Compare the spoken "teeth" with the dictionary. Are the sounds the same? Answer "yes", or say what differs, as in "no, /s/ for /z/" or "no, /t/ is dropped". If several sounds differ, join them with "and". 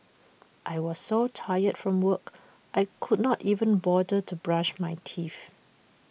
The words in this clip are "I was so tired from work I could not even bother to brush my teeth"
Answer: no, /f/ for /θ/